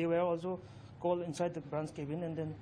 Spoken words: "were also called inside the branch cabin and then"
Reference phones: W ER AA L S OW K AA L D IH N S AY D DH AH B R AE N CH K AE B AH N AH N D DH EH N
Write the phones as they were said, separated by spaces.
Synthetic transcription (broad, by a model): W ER AA L S OW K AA L IH N S AY D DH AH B R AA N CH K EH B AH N AH N D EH N